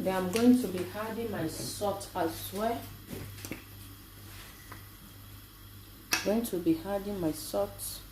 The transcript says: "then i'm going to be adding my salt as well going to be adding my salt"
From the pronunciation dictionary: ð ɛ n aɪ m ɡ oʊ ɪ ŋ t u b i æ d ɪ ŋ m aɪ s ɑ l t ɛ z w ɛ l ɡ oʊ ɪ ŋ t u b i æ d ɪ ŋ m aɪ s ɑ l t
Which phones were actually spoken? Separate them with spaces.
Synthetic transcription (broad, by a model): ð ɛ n aɪ m ɡ oʊ ɪ ŋ t u b i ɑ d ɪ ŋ m aɪ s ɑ t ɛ s w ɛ ɡ oʊ ɪ ŋ t u b i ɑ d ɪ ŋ m aɪ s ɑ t